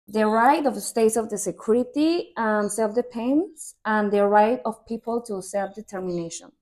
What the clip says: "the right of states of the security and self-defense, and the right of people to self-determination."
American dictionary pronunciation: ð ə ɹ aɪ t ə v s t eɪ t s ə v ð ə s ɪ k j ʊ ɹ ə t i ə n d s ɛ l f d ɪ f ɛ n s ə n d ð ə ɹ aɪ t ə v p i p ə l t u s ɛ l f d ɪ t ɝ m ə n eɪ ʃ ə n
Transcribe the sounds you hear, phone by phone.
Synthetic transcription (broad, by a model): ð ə ɹ aɪ t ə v s t eɪ t s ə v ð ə s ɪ k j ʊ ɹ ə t i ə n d s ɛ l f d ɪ p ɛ n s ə n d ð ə ɹ aɪ t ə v p i p ə l t u s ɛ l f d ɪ t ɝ m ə n eɪ ʃ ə n